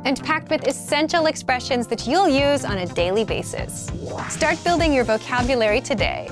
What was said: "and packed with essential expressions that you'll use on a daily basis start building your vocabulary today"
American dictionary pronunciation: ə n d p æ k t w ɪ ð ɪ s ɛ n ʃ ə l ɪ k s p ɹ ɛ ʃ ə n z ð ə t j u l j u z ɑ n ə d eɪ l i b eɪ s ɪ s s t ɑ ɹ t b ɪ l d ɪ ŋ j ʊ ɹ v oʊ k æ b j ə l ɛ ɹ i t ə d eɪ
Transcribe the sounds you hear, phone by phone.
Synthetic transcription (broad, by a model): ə n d p æ k t w ɪ ð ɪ s ɛ n ʃ l ɪ k s p ɹ ɛ ʃ ə n z ð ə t j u l j u z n ə d eɪ l i b eɪ s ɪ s s t ɑ ɹ t b ɪ l d ɪ ŋ j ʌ ɹ v oʊ k æ b j ə l ɛ ɹ i t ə d eɪ